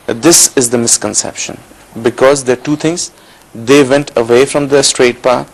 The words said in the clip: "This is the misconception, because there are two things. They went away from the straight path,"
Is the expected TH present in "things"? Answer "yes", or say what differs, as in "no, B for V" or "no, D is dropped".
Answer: no, T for TH